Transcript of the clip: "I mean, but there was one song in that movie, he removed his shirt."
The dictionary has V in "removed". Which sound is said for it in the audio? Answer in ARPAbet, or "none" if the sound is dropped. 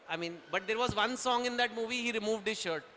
V